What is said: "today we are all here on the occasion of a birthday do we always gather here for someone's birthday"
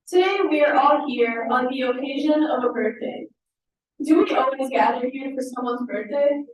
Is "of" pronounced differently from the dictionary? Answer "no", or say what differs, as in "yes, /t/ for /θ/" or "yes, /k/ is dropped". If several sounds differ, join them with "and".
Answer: no